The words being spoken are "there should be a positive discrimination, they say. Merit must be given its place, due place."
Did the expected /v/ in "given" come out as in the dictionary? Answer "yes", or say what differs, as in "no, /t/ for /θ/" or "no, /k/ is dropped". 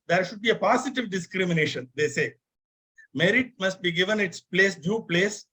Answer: yes